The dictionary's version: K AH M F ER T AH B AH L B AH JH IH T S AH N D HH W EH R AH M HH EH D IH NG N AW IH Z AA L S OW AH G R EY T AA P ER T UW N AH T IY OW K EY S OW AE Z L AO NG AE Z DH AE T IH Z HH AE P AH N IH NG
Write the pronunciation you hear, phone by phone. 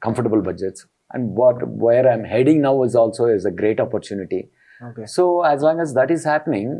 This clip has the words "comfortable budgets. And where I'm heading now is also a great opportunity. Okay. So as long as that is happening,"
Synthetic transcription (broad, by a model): K AH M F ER T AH B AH L B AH JH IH T S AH N D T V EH R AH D HH EH D IH NG N AW IH Z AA L S OW AH G R EY T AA P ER T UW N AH T IY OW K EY S OW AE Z L AO NG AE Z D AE T IH Z HH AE P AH N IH NG